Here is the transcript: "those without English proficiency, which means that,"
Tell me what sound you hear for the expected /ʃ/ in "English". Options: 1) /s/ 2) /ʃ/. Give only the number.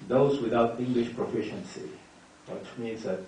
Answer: 2